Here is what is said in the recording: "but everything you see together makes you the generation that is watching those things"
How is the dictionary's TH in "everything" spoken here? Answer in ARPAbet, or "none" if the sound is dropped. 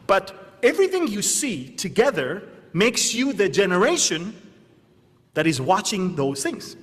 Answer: TH